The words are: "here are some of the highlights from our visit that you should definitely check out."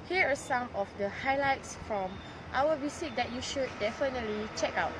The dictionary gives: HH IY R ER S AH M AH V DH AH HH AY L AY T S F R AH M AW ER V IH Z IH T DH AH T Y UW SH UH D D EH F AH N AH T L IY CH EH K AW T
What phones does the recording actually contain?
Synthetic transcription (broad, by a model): HH IY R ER S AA M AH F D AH HH AY L AY T S F R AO M AW ER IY S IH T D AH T Y UW SH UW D D EH F AH N AH T L IY CH EH K AW T